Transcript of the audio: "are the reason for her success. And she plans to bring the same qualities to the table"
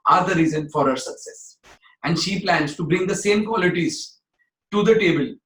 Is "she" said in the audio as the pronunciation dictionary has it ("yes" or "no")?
yes